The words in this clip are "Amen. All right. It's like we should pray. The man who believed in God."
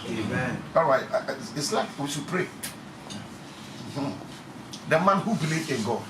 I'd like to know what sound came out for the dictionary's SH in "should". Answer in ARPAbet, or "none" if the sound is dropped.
S